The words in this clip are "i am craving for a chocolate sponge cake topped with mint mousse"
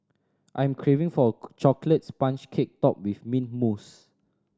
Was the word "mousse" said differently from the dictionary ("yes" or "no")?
no